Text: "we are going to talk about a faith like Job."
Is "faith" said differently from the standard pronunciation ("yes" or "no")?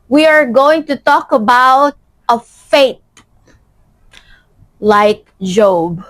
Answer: yes